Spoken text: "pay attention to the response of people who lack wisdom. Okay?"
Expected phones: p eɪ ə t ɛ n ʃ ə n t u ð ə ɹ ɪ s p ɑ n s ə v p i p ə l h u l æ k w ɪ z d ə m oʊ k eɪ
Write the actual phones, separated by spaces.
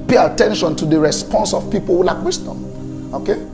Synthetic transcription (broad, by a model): p eɪ ə t ɛ n ʃ ə n t u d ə ɹ ɪ s p ɑ n s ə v p i p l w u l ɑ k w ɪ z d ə m oʊ k eɪ